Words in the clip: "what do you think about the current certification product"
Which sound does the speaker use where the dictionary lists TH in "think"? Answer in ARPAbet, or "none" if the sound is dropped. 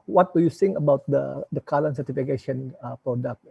S